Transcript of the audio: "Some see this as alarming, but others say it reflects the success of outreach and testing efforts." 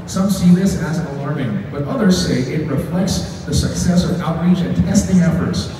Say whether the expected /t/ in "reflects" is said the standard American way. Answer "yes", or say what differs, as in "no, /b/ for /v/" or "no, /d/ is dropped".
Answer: yes